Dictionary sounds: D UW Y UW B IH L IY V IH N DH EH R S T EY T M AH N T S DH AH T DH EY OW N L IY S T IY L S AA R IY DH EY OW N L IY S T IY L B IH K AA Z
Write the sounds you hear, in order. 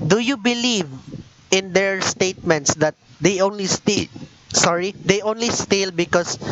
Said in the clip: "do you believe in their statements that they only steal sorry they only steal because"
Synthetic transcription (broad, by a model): D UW Y UW B IH L IY V IH N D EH R S T EY T M AH N T S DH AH T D EY OW N L IY S T IY L S AA R IY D EY OW N L IY S T IY L B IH K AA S